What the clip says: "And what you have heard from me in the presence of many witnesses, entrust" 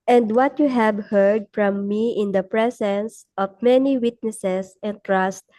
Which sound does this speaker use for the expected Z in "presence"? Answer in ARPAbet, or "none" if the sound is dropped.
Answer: S